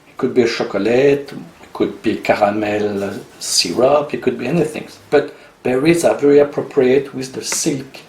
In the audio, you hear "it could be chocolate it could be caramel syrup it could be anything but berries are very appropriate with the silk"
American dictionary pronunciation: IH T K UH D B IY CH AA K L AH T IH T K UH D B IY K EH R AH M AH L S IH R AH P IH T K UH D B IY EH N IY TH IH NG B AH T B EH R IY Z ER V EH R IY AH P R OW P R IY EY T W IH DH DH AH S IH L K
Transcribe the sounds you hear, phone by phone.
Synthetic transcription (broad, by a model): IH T K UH D B IY SH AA K L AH T IH T K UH D B IY K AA R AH M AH L S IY R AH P IH T K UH D B IY EH N IY TH IH NG B AH T B EH R IY Z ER V EH R IY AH P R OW P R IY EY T W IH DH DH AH S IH L K